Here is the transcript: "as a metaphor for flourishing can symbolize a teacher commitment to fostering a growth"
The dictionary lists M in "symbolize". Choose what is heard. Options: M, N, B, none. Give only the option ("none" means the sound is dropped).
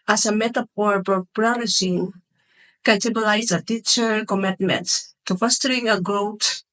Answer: none